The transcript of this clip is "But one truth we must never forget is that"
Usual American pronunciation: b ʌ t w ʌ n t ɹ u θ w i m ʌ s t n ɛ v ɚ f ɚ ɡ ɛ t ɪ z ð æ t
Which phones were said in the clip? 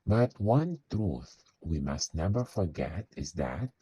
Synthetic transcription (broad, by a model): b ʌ t w ʌ n t ɹ u θ w i m ʌ s t n ɛ v ɚ f ɚ ɡ ɛ t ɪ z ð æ t